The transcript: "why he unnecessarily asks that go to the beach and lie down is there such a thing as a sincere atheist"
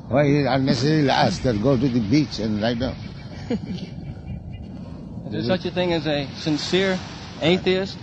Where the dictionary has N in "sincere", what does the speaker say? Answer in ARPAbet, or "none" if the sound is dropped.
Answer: N